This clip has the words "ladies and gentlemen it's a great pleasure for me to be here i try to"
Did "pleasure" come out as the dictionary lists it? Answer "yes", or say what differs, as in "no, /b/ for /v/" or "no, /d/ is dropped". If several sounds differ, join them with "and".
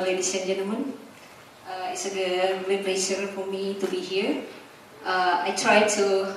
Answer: no, /ʃ/ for /ʒ/